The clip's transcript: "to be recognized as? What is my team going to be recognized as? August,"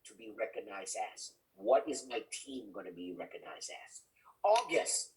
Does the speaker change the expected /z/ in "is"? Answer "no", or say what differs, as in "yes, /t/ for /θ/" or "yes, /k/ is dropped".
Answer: no